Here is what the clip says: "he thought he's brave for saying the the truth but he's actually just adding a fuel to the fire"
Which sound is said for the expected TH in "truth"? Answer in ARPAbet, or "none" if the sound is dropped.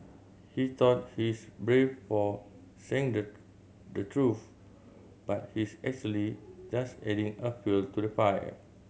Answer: F